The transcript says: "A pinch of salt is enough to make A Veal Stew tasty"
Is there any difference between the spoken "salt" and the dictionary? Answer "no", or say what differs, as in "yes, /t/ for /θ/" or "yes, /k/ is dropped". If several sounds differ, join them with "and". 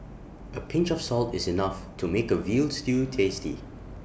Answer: no